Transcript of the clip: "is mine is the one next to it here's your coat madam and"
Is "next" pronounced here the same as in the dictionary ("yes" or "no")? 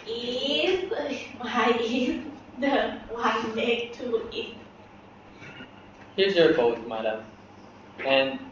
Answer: no